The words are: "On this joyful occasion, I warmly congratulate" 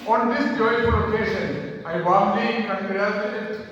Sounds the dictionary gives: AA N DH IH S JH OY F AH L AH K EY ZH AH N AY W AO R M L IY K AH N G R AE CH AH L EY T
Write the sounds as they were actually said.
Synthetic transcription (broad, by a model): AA N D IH S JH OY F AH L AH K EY SH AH N AY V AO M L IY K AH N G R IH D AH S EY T